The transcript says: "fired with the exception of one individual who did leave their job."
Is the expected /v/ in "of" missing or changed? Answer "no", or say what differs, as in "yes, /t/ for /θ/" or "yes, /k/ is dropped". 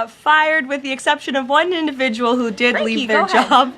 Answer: no